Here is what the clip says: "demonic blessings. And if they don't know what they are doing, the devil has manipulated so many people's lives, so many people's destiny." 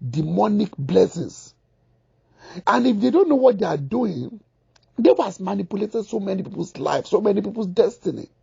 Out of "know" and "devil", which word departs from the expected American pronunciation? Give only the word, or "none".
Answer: devil